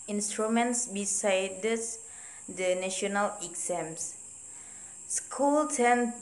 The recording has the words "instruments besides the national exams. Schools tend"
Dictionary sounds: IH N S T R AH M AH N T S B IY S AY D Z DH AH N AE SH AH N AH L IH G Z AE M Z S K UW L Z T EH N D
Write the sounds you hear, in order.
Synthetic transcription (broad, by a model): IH N S T R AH M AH N T S B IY S AY D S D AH N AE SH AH N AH L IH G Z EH M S S K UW L T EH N